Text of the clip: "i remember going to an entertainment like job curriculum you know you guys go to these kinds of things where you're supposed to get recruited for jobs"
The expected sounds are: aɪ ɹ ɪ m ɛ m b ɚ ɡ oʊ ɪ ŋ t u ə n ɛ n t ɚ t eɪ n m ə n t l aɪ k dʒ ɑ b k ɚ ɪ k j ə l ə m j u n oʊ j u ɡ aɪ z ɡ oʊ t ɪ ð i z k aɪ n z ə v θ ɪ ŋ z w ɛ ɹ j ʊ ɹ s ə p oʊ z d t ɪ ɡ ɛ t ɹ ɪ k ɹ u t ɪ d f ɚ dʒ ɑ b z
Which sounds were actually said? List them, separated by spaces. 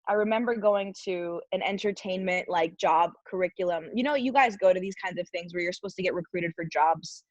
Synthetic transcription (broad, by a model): aɪ ɹ ɪ m ɛ m b ɚ ɡ oʊ ɪ ŋ t u ə n ɛ n t ɚ t eɪ n m ə n t l aɪ k dʒ ɑ b k ɚ ɪ k j l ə m j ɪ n oʊ j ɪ ɡ aɪ z ɡ oʊ t ɪ ð i z k aɪ n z ə v θ ɪ ŋ z w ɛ ɹ j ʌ ɹ s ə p oʊ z t ɪ ɡ ɛ t ɹ ɪ k ɹ u t ɪ d f ɚ dʒ ɑ b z